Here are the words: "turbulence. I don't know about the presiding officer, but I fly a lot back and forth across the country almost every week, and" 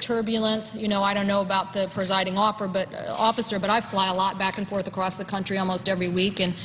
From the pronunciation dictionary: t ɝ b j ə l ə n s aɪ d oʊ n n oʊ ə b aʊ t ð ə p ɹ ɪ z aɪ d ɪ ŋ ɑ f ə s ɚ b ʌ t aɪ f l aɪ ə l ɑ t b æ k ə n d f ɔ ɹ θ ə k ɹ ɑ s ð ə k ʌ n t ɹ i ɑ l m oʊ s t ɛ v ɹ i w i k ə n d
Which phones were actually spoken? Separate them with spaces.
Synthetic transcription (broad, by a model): t ɝ b j l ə n s aɪ d oʊ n n oʊ ə b aʊ t ð ə p ɹ ɪ z aɪ d ɪ ŋ ɑ f ə s ɚ b ʌ t aɪ f l aɪ ə l ɑ t b æ k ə n f ɔ ɹ θ ə k ɹ ɑ s ð ə k ʌ n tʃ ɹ i ɑ l m oʊ s t ɛ v ɹ i w i k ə n